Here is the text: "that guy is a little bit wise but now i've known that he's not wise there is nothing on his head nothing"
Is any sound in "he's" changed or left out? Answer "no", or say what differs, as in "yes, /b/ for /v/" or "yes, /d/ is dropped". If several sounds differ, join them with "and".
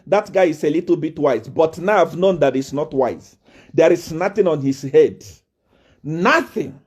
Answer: yes, /s/ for /z/